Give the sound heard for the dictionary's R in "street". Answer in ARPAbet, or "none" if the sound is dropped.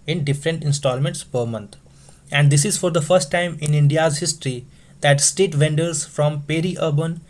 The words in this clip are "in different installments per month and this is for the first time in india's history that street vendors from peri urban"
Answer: none